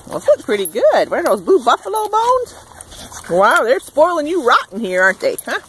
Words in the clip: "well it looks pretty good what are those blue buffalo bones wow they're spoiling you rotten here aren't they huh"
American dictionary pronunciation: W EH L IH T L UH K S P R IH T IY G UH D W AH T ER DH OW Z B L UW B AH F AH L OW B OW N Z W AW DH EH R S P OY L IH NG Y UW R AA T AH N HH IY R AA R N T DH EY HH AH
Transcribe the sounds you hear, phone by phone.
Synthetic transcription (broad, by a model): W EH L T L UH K P R IH T IY G UH D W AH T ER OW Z B UW B AH F AH L OW B OW N Z W AW DH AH R S P OY L IH NG Y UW R AA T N HH IY R AA R N T DH EY HH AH